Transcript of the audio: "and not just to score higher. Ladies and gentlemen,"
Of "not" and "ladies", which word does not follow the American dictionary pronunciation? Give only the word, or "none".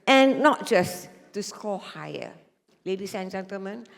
ladies